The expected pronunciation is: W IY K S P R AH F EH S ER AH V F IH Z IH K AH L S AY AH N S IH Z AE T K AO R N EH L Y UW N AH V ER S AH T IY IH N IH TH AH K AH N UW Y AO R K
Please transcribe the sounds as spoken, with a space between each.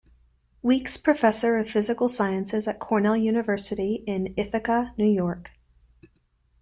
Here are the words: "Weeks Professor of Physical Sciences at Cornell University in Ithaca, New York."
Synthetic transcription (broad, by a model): W IY K S P R AH F EH S ER AH V F IH Z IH K L S AY AH N S IH Z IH T K AO R N EH L Y UW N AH V ER S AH T IY IH N IH TH AH K AH N UW Y AO R K